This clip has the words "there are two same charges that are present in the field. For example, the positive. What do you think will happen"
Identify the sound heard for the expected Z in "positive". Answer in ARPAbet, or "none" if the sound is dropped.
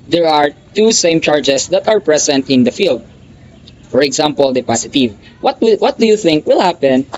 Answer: S